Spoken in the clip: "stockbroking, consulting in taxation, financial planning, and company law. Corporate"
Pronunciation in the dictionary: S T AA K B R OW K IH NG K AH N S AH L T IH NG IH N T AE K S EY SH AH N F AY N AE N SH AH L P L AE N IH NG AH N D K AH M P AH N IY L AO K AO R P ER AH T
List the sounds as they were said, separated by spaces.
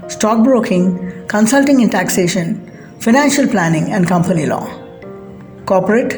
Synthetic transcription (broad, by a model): S T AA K B R OW K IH NG K AH N S AH L T IH NG IH N T AE K S EY SH AH N F AY N AE N SH AH L P L AE N IH NG AH N D K AH M P AH N IY L AO K AO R P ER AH T